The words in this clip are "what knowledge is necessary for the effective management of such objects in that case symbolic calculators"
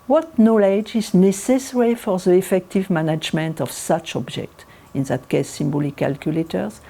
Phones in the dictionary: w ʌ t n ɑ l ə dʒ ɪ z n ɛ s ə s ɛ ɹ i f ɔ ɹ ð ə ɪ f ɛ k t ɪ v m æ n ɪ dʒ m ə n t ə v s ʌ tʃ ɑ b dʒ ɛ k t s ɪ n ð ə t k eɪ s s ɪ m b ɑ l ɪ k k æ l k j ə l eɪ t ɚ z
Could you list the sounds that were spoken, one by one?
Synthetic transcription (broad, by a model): w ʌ t n ɑ l ə dʒ ɪ z n ɛ s ə s ɛ ɹ i f ɔ ɹ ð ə ɪ f ɛ k t ɪ v m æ n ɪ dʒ m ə n t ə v s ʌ tʃ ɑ b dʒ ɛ k t ɪ n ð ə t k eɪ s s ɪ m b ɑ l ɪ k k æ l k j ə l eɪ t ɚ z